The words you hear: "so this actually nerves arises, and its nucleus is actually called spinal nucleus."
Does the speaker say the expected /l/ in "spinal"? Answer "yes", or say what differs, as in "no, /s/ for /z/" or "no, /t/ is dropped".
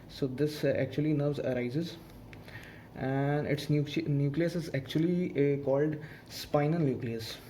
no, /n/ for /l/